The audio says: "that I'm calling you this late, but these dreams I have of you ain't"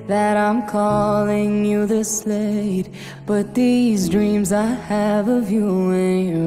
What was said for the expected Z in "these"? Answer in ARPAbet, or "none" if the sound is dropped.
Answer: Z